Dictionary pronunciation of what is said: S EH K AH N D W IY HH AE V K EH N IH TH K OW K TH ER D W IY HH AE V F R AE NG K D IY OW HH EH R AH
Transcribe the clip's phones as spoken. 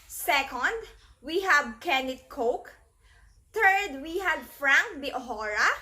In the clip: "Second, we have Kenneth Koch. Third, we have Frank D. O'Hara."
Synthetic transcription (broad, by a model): S EH K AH N D W IY HH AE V K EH N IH T K OW K T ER D W IY HH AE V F R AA NG K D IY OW HH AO R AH